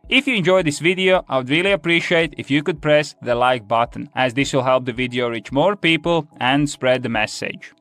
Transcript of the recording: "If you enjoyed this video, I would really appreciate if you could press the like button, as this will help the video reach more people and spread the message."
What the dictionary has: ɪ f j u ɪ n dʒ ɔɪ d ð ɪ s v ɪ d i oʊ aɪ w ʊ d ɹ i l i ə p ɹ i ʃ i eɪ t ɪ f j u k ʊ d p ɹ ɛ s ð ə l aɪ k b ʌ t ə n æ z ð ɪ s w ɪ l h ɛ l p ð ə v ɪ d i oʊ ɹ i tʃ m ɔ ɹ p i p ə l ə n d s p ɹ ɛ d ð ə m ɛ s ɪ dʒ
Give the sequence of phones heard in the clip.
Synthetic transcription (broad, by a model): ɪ f j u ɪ n dʒ ɔɪ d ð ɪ s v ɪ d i oʊ aɪ w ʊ d ɹ i l i ə p ɹ i ʃ i eɪ t ɪ f j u k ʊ d p ɹ ɛ s ð ə l aɪ k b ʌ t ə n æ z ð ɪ s w ɪ l h ɛ l p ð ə v ɪ d i oʊ ɹ i tʃ m ɔ ɹ p i p ə l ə n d s p ɹ ɛ d ð ə m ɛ s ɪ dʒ